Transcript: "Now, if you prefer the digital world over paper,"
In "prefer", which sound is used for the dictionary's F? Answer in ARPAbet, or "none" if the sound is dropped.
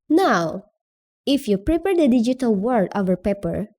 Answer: P